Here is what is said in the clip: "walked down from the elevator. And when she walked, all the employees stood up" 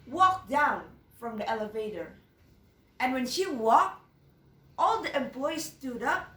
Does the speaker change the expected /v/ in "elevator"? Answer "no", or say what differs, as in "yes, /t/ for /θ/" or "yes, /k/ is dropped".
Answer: no